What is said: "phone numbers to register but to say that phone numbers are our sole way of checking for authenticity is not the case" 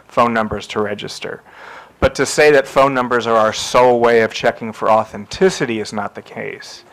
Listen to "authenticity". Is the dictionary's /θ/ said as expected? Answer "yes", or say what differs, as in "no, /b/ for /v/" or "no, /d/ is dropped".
yes